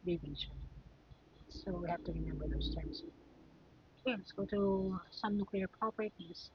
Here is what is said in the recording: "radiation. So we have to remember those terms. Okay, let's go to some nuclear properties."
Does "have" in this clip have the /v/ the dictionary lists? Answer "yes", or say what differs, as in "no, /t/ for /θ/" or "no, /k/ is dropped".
no, /f/ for /v/